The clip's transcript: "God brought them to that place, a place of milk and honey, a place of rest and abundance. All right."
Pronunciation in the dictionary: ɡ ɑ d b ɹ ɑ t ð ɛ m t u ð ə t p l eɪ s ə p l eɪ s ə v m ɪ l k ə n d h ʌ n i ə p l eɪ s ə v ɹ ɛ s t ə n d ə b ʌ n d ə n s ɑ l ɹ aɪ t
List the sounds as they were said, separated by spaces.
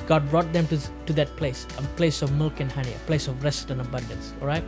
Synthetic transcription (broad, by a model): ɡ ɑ d b ɹ ɑ t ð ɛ m t u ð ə t p l eɪ s ə p l eɪ s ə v m ɪ l k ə n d h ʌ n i ə p l eɪ s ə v ɹ ɛ s t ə n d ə b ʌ n d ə n s ɑ l ɹ aɪ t